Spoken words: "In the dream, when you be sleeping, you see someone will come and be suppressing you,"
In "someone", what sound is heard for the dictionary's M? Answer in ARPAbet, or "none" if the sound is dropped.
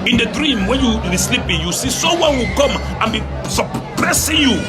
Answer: none